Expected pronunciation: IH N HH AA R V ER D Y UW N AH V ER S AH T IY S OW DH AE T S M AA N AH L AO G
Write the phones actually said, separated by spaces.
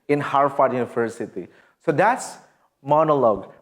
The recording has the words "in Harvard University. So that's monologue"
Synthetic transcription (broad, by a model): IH N HH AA R F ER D Y UW N AH V ER S AH T IY S OW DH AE T S M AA N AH L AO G